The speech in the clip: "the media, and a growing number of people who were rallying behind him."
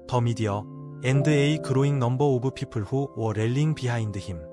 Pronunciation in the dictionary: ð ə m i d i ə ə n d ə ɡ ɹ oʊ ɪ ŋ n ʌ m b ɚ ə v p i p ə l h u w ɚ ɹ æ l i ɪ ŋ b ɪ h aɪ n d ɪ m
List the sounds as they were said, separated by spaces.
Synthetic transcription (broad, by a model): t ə m i d i ə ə n d ə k ɹ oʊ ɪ ŋ n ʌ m b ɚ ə b p i p ə l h u w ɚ ɹ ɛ l i ŋ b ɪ h aɪ n d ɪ m